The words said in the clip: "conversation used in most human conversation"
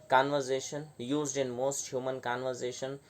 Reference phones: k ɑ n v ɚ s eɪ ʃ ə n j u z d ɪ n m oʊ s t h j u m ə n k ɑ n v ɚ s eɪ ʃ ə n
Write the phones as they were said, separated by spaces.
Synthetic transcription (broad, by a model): k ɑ n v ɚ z eɪ ʃ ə n j u z d ɪ n m oʊ s t h j u m ə n k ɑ n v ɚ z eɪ ʃ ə n